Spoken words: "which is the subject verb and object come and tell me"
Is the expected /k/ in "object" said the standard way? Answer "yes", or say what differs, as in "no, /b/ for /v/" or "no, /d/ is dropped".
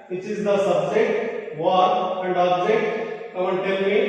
no, /k/ is dropped